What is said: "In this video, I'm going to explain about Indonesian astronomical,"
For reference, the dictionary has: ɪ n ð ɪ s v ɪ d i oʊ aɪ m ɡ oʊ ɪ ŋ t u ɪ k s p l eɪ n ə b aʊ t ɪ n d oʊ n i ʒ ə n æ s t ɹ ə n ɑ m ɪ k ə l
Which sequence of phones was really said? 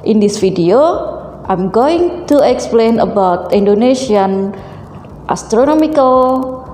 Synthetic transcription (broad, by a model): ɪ n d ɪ s f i d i oʊ aɪ m ɡ oʊ ɪ ŋ t u ɪ k s p l eɪ n ə b aʊ t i n d oʊ n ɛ ʃ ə n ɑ s t ɹ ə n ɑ m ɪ k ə l